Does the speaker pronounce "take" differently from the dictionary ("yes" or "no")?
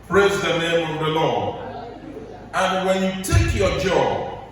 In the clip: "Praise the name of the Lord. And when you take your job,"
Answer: no